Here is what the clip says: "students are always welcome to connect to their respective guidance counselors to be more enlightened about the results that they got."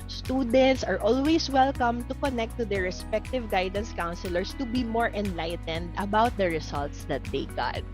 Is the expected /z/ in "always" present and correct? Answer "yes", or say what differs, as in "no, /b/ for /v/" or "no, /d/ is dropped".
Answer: no, /s/ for /z/